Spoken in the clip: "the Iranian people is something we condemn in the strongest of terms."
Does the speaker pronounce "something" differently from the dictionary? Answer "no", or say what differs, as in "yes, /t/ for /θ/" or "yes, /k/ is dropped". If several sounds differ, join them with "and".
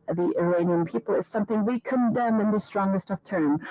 no